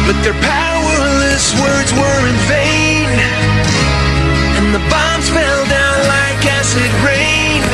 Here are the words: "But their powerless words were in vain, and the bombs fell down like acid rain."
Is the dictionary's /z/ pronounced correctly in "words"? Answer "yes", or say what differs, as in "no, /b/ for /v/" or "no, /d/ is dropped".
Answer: yes